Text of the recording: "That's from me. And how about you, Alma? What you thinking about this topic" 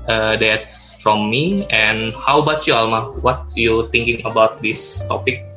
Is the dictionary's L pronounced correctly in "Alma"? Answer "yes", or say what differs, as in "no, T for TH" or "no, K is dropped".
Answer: yes